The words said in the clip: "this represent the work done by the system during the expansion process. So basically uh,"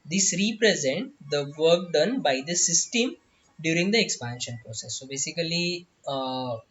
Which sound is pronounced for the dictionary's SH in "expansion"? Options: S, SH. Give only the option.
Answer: SH